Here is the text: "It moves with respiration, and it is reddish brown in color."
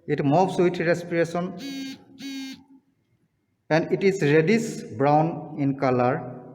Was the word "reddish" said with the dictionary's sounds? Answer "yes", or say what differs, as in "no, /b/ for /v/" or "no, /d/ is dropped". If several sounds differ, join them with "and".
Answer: no, /s/ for /ʃ/